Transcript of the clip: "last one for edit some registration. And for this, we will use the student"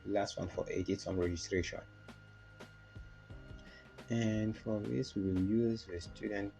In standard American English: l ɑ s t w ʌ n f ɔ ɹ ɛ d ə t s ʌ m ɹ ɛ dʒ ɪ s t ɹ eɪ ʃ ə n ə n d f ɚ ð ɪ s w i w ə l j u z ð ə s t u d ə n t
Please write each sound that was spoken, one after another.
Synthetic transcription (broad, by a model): l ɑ s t w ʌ n f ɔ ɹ ɛ d ə t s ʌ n ɹ ɛ dʒ ɪ s t ɹ eɪ ʃ ə n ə n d f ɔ ð ɪ s w i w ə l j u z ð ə s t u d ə n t